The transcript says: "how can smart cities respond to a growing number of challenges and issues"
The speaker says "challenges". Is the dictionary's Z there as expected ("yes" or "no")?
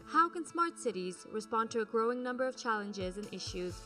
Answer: yes